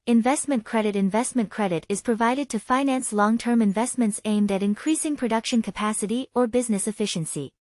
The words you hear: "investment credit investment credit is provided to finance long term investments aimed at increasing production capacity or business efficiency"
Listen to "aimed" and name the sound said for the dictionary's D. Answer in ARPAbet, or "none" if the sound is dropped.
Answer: D